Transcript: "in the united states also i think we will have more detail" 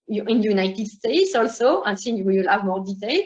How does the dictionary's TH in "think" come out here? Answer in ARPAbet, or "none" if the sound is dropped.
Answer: S